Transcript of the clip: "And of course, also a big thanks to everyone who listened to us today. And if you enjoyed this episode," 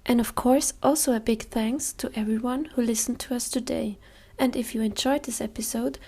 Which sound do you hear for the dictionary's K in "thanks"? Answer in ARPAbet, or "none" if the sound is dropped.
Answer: K